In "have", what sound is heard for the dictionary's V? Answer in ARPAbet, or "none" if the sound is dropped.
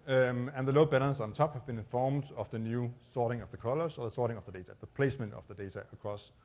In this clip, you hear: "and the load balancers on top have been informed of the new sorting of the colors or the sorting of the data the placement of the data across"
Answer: V